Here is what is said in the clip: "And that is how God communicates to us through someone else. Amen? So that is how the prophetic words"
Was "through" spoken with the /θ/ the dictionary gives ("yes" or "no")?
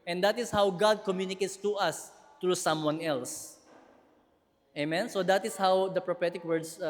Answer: no